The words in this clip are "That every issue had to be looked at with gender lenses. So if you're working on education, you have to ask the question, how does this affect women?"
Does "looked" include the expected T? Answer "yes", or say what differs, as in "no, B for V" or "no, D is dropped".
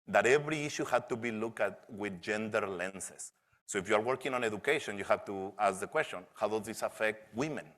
no, T is dropped